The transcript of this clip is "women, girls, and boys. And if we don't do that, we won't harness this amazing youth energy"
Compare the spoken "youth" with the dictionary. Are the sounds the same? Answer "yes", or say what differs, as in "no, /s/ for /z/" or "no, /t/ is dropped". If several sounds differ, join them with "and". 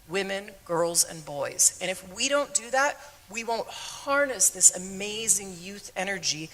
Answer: yes